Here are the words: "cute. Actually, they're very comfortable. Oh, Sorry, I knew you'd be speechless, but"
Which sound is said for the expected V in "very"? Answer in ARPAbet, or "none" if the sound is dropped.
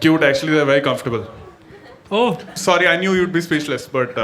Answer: V